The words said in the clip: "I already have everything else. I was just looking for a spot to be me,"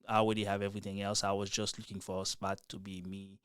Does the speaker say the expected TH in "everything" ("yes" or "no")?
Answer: yes